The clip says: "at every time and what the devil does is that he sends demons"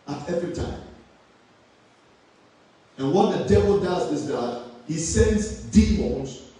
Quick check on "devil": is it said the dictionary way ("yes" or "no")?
yes